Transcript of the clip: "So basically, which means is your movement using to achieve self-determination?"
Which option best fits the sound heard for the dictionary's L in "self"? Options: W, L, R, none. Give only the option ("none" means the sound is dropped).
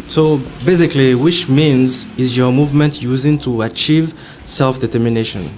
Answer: L